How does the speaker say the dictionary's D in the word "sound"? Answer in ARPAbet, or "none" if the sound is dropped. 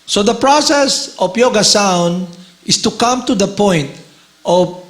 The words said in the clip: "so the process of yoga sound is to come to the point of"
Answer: D